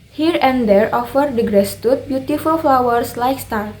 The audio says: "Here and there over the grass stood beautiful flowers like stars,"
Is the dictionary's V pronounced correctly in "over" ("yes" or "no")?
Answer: no